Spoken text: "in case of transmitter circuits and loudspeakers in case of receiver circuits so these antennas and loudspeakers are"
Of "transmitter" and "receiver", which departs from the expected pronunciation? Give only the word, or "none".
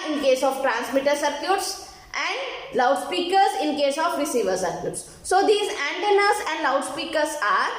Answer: none